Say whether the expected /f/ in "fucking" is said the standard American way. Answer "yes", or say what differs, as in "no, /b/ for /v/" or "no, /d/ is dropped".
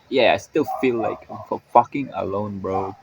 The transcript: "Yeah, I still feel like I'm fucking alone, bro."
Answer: yes